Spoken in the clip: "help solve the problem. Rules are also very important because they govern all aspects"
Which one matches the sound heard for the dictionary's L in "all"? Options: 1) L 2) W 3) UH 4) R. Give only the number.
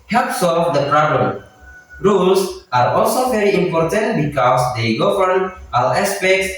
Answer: 2